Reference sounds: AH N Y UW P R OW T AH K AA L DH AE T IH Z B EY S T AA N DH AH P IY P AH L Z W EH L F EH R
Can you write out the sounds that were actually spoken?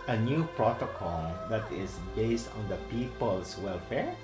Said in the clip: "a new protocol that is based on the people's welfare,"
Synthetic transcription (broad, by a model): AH N Y UW P R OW T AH K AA L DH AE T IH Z B EY S T AA N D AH P IY P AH L S W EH L F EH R